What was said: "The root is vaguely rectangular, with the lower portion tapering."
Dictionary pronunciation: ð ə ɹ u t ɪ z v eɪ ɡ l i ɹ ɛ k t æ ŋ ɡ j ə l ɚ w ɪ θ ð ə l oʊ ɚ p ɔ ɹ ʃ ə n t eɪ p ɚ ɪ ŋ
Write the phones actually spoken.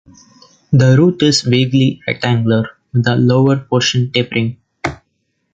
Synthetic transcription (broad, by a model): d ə ɹ u t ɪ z v eɪ ɡ l i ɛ t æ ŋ ɡ l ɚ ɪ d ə l oʊ ɚ p ɔ ɹ ʃ ə n t eɪ p ɚ ɪ ŋ